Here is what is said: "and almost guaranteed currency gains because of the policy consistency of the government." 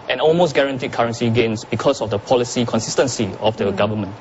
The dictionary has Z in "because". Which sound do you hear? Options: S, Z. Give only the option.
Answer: S